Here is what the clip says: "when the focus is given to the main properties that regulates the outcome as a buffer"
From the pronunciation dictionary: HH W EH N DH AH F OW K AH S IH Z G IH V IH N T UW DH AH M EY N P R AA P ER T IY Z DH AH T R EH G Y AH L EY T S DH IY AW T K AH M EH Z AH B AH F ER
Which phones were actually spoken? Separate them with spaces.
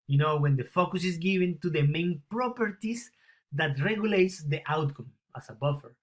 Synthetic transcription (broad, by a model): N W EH N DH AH F OW K AH S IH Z G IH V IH N T UW DH AH M EY N P R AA P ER T IY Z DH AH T R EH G Y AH L EY T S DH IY AW T K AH M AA S AH B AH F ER